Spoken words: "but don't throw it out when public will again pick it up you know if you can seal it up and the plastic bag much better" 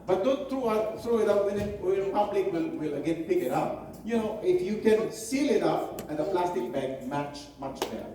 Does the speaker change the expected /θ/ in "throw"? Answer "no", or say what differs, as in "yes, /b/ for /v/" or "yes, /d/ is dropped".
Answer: yes, /t/ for /θ/